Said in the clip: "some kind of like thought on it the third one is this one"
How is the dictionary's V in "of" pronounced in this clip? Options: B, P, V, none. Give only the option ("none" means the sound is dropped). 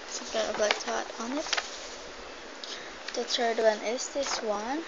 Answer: B